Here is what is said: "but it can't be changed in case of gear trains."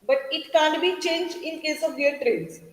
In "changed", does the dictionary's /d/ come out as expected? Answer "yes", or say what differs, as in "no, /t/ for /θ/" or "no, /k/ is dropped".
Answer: no, /d/ is dropped